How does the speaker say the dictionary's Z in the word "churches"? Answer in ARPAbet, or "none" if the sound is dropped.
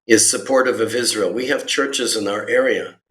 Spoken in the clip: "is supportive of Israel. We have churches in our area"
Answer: Z